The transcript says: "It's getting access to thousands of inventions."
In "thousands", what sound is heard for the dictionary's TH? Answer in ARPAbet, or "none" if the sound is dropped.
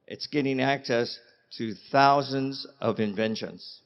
TH